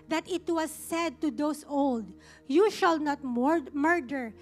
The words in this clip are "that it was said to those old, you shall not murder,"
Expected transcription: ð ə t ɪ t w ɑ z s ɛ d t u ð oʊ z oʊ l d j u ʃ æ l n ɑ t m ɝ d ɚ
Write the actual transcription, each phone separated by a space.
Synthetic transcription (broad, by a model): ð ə t ɪ t w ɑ s ɛ d t u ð oʊ s oʊ l d j u ʃ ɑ l n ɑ t m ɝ d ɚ